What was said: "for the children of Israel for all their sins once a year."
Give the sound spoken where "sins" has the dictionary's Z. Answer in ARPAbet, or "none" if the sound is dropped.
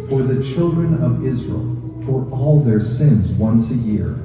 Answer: Z